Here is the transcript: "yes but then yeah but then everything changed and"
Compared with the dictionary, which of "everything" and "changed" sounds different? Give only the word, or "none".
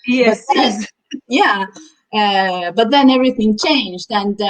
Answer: none